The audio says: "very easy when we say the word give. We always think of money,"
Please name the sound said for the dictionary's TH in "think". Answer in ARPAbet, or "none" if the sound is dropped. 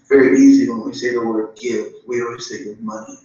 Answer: S